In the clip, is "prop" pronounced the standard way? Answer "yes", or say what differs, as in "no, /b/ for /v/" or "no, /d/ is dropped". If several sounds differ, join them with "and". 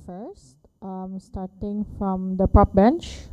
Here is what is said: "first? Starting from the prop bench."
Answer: no, /ɹ/ is dropped